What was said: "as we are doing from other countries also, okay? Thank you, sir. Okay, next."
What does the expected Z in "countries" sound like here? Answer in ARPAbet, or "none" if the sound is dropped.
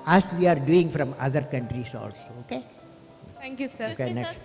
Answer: S